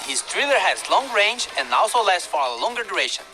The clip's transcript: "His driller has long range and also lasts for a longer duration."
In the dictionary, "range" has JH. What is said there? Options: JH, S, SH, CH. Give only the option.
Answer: JH